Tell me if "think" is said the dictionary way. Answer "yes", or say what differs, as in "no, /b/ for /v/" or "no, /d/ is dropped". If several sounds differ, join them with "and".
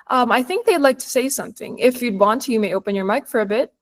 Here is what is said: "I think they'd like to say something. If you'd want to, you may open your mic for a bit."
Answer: yes